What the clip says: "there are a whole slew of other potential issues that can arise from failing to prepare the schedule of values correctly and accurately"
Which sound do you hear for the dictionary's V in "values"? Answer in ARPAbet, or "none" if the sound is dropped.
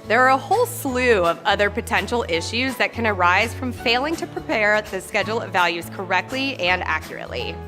V